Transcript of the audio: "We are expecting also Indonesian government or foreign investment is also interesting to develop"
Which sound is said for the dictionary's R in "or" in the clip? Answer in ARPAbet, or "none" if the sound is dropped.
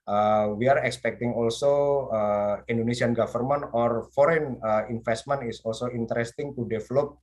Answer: R